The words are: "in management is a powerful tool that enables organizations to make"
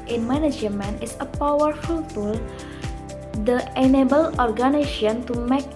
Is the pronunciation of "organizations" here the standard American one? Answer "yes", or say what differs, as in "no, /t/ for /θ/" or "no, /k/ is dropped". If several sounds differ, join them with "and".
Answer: no, /ʃ/ is dropped and /z/ is dropped